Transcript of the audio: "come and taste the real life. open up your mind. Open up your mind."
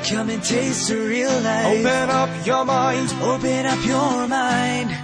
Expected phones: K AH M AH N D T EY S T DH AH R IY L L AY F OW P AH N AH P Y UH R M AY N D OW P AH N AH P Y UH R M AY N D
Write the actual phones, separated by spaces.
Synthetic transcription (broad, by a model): K AH M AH N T EY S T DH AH R IY L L AY OW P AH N AH P Y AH R M AY N D OW P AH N AH P Y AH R M AY N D